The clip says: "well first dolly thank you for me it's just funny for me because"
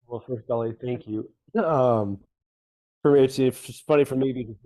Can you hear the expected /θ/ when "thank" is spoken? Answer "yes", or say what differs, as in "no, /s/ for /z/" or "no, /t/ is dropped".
yes